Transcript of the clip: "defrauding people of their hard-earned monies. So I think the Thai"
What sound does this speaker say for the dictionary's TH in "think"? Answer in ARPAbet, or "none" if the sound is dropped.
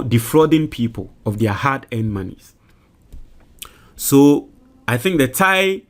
TH